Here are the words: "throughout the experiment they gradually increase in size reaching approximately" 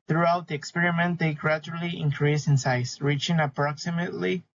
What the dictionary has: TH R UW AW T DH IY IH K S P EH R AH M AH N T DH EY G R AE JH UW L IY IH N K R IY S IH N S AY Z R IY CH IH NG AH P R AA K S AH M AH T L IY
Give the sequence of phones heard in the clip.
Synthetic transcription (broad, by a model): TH R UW AW T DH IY IH K S P EH R AH M AH N T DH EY G R AE JH UW L IY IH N K R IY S IH N S AY S R IY CH IH NG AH P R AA K S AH M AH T L IY